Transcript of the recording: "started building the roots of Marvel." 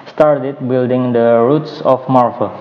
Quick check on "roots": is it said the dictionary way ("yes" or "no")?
yes